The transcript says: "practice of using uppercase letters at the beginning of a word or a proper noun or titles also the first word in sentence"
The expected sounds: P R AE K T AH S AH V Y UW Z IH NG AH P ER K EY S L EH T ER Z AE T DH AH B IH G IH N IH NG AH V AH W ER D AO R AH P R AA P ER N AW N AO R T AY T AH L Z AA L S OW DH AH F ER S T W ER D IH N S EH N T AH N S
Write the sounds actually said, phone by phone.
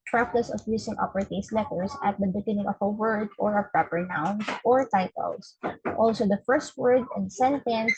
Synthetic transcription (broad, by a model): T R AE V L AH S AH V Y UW S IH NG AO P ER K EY S L EH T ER S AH T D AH B IH G IH N IH NG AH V AH W ER D AO R AH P R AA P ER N AW N AO R T AY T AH L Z AA L S OW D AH F ER S T W ER D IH N S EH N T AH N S